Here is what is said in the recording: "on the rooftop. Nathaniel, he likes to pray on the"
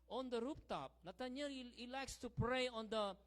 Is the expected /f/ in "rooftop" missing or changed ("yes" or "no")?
yes